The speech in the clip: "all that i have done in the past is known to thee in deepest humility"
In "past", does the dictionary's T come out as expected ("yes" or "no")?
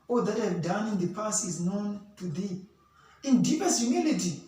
no